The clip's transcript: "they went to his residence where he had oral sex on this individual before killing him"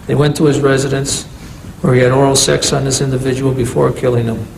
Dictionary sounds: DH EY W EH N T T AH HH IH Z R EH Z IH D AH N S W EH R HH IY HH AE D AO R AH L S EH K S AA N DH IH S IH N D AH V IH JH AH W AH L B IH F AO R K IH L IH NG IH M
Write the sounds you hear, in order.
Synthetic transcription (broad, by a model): DH EY W EH N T T AH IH Z R EH Z IH D AH N S W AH R IY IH D AO R L S EH K S N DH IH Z IH N D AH V IH JH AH W L B IH F AO R K IH L IH NG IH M